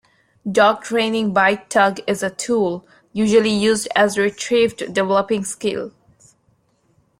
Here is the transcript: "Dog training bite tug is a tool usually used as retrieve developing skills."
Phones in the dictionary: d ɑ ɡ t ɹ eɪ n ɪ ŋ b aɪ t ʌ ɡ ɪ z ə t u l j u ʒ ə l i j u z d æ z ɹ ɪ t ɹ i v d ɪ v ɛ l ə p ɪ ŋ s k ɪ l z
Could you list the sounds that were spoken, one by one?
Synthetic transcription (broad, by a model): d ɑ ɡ t ɹ eɪ n ɪ ŋ b aɪ t ʌ ɡ ɪ z ə t u l j u ʒ ə l i j u z d æ z ɹ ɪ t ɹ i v d ɪ v ɛ l ə p ɪ ŋ s k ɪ l